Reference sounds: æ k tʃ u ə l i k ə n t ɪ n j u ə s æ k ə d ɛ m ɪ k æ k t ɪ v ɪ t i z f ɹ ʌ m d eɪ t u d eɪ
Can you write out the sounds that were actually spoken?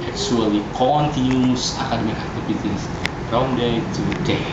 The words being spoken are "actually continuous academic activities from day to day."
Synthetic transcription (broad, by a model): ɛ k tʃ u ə l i k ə n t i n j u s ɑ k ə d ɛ m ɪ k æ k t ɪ p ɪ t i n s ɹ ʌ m d eɪ t u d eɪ